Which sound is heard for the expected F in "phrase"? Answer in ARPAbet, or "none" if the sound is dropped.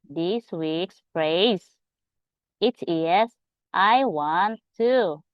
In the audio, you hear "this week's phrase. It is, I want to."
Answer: P